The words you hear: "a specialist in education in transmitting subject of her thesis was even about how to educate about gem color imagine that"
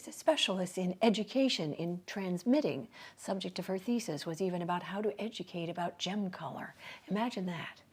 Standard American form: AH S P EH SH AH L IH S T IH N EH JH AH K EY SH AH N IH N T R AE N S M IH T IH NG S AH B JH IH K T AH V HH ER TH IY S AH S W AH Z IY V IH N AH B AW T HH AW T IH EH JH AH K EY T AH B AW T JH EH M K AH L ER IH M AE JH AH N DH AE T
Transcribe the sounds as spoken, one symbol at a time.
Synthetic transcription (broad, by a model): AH S P EH SH L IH S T IH N EH JH AH K EY SH AH N IH N T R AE N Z M IH T IH NG S AH B JH IH K T AH V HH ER TH IY S AH S W AH Z IY V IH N AH B AW T HH AW T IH EH JH AH K EY T AH B AW T JH EH M K AH L ER IH M AE JH AH N DH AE T